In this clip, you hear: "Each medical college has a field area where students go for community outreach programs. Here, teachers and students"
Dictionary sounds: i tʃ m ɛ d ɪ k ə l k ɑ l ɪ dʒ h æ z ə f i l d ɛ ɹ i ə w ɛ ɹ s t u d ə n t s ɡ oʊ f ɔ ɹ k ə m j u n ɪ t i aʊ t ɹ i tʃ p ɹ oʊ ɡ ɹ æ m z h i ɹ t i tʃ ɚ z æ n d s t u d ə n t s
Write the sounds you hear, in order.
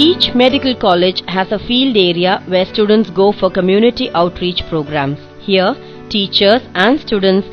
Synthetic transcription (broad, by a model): i tʃ m ɛ d ɪ k ə l k ɑ l ɪ dʒ h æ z ə f i l d ɛ ɹ i ə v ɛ ɹ s t u d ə n t s ɡ oʊ f ɔ ɹ k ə m j u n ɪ t i aʊ t ɹ i tʃ p ɹ oʊ ɡ ɹ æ m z h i ɹ t i tʃ ɚ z æ n d s t u d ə n t s